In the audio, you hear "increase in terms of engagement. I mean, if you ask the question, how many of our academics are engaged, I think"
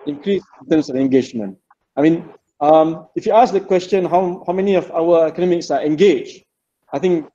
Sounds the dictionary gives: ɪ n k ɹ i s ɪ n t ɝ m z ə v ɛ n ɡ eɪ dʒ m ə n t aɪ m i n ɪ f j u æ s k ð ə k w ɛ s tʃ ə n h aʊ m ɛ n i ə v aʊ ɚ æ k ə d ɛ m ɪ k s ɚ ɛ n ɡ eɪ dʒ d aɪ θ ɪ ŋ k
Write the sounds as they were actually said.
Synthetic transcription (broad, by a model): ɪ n k ɹ i s ɪ n t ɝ m s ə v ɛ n ɡ eɪ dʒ m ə n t aɪ m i n ɪ f j u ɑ s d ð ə k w ɛ s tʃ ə n h aʊ m ɛ n i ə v aʊ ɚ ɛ k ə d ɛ m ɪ k s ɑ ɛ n ɡ eɪ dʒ aɪ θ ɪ ŋ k